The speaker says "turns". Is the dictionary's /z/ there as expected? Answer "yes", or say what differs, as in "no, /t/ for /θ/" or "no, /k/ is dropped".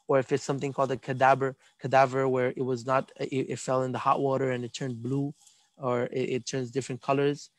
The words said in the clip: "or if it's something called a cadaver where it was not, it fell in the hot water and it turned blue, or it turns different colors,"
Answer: yes